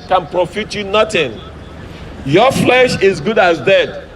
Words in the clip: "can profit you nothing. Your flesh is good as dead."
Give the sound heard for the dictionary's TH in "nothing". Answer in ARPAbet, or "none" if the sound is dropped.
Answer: T